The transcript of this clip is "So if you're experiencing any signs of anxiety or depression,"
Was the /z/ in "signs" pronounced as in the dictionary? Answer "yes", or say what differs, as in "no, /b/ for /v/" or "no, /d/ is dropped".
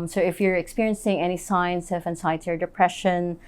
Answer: no, /s/ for /z/